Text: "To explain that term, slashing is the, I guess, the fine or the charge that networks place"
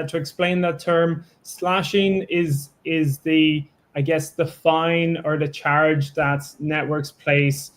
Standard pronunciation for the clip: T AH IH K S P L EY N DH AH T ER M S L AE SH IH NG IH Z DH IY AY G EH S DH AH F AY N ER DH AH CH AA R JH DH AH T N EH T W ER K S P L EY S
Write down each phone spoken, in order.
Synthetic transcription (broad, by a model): T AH IH K S P L EY N DH AH T ER M S L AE SH IH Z IH Z DH IY AY G EH S DH AH F AY N ER DH AH CH AA R JH DH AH T N EH T W ER K S P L EY S